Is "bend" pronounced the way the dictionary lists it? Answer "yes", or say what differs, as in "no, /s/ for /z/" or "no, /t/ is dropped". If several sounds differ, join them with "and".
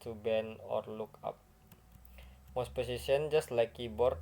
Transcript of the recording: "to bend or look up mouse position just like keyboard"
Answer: no, /d/ is dropped